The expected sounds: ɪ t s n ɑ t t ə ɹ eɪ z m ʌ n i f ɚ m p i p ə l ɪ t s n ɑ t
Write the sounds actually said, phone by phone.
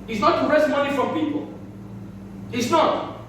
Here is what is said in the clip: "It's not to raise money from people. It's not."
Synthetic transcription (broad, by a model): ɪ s n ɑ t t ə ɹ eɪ s m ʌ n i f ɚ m p i p ə l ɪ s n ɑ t